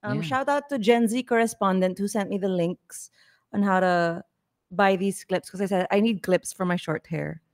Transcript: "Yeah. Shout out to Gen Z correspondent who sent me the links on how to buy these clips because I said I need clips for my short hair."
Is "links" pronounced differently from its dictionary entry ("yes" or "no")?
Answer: no